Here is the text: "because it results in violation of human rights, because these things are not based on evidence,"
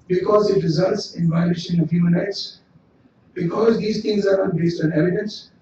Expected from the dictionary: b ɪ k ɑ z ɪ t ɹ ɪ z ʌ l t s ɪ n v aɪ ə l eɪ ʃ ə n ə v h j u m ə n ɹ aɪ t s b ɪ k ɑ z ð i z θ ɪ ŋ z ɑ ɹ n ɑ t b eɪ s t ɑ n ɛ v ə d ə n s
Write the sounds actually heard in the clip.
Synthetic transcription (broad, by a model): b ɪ k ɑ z ɪ t ɹ ɪ z ʌ l t s ɪ n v aɪ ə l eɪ ʃ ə n ə v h j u m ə n ɹ aɪ t s b ɪ k ɑ z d i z t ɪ ŋ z ɑ ɹ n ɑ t b eɪ s t ɑ n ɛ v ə d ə n s